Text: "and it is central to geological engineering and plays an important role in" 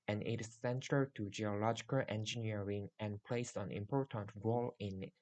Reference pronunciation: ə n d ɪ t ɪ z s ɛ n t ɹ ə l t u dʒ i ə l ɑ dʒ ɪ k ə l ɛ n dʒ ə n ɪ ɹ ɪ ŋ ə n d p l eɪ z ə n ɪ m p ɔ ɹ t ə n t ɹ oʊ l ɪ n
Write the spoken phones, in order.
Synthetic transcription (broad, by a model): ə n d ɪ t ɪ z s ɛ n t ə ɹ t u dʒ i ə l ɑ dʒ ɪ k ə l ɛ n dʒ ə n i ɹ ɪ ŋ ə n p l eɪ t ə n ɪ m p ɔ ɹ t ə n t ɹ oʊ l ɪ n